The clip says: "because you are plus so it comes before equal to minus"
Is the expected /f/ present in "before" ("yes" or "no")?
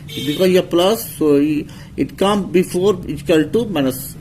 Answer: yes